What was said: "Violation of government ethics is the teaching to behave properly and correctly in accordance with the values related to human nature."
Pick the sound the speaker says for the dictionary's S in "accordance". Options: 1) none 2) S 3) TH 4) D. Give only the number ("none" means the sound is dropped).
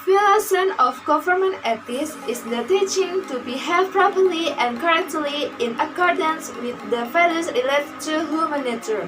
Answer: 2